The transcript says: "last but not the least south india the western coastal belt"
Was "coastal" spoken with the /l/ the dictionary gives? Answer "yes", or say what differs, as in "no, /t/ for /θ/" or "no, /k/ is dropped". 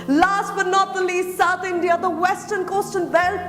no, /n/ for /l/